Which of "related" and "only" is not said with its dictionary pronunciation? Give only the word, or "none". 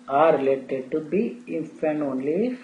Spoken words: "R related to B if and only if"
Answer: none